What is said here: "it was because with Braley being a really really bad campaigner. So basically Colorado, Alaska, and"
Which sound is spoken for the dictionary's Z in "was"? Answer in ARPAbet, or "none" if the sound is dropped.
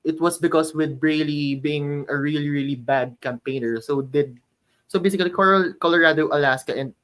S